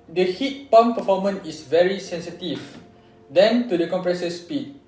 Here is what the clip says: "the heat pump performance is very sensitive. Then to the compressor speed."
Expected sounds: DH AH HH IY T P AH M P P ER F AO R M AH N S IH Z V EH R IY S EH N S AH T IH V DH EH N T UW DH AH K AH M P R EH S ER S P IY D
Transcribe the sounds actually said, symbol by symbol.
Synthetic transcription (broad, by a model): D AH HH IY T P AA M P P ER F AO M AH N IH S V EH R IY S EH N S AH T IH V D EH N T UW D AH K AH M P R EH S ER S P IY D